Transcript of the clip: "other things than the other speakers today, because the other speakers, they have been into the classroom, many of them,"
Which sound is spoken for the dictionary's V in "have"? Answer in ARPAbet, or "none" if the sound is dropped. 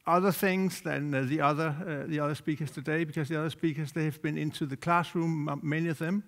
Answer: V